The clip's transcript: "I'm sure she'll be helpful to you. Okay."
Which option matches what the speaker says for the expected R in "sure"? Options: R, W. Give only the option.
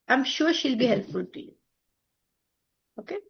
W